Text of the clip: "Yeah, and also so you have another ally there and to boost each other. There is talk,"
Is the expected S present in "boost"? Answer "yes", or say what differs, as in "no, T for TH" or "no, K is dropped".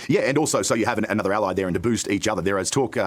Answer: yes